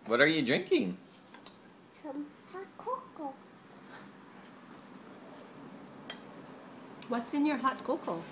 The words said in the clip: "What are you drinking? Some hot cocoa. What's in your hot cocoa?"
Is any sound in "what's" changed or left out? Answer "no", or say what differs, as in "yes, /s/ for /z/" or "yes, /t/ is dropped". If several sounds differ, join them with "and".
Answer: no